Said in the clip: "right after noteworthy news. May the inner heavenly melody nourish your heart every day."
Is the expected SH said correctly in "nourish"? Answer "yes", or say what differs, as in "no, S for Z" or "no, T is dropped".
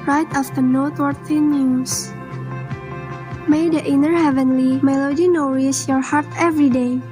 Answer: no, S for SH